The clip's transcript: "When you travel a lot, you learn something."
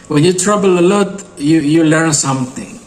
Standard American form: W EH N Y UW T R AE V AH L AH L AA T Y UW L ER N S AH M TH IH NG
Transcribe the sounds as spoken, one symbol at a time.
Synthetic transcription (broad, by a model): W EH N Y UW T R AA B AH L AH L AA T Y UW L ER N S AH M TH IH NG